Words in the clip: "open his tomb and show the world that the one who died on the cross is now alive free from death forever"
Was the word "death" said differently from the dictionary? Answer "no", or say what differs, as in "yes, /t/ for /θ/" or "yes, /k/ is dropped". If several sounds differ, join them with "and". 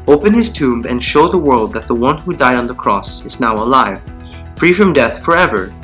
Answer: no